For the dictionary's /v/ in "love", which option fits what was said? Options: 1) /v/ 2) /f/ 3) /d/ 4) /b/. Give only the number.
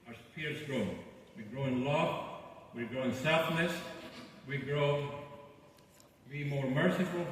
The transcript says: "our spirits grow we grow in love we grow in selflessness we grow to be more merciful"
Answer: 2